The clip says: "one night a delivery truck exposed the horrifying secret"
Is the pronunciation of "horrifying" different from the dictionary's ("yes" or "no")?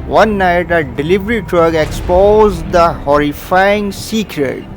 no